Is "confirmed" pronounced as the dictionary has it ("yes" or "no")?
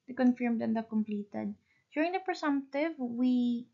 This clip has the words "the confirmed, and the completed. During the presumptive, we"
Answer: yes